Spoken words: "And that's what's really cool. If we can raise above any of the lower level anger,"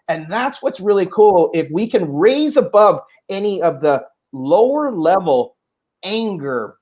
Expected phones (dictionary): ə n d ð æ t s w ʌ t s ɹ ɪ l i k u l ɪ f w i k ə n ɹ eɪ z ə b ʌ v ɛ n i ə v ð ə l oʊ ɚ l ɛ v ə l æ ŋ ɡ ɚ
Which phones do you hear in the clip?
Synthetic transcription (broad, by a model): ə n ð æ t s w ʌ t s ɹ ɪ l i k u l ɪ f w i k ə n ɹ eɪ z ə b ʌ v ɛ n i ə v ð ə l oʊ ɚ l ɛ v l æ ŋ ɡ ɚ